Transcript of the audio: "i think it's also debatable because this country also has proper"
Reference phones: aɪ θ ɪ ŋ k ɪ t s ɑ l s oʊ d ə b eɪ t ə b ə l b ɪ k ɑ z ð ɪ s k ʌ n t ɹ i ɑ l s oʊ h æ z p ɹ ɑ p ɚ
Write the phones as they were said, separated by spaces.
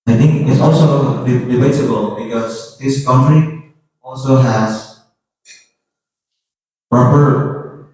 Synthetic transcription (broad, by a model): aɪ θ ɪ ŋ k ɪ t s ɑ l s oʊ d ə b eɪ s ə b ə l b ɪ k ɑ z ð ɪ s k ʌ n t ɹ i ɑ l s oʊ h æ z p ɹ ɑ p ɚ